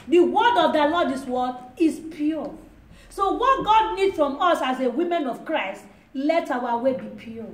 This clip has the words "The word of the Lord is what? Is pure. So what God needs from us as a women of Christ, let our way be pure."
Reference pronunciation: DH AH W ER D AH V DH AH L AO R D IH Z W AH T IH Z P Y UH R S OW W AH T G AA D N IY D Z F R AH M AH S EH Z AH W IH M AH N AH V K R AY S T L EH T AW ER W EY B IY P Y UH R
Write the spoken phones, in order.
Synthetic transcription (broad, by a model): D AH W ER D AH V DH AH L AO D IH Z W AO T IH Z P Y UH S OW W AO T G AA D N IY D F R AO M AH S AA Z AH W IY M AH N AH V K R AY S T L EH T AW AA W EY B IY P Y